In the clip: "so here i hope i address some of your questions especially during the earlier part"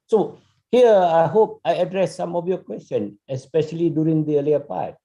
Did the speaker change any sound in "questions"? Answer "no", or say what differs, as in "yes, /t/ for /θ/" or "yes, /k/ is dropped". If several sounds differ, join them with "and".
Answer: yes, /z/ is dropped